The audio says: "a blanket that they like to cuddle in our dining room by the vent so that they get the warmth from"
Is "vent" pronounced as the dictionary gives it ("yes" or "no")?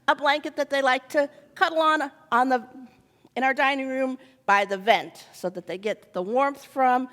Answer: yes